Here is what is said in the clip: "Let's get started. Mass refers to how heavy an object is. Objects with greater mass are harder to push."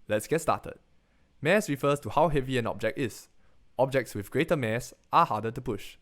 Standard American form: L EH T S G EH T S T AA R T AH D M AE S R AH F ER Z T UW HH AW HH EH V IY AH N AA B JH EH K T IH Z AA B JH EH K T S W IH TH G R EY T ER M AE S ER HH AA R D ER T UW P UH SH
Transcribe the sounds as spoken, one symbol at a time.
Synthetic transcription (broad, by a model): L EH T S G EH T S T AA T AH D M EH S R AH F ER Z T UW HH AW HH EH V IY AH N AA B JH EH K T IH S AA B JH EH K T S W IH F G R EY T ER M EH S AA HH AA D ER T UW P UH SH